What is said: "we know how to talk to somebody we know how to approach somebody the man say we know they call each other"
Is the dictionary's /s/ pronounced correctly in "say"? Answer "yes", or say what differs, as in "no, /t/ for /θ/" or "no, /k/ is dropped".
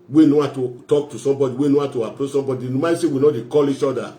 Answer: yes